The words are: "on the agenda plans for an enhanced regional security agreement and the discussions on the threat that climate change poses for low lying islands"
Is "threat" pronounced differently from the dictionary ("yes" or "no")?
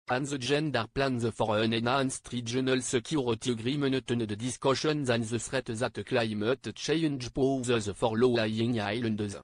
yes